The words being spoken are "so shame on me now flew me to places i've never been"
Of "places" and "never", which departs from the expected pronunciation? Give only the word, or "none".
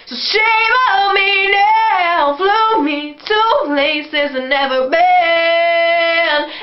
none